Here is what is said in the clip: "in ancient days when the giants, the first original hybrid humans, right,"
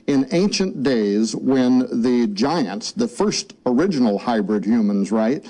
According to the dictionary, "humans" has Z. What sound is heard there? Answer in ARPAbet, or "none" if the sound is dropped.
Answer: Z